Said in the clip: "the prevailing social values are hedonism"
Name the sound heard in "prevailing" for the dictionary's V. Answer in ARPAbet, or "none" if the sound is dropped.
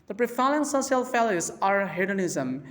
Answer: F